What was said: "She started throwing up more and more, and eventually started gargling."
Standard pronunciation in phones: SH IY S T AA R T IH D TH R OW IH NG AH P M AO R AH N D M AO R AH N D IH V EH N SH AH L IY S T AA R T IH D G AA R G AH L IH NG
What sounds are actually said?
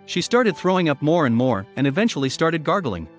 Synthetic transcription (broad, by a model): SH IY S T AA R T IH D TH R OW IH NG AH P M AO R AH N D M AO R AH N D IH V EH N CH L IY S T AA R T IH D G AA R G L IH NG